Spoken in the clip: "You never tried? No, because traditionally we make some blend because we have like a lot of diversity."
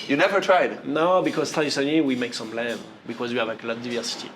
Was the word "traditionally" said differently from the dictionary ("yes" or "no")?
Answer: yes